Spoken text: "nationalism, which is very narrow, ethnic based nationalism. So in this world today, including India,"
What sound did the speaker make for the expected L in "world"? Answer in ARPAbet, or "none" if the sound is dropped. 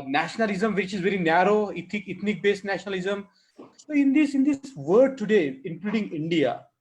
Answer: none